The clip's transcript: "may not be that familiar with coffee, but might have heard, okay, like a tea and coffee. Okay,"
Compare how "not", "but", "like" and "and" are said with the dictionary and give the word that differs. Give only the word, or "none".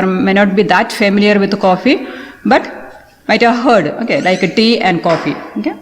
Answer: none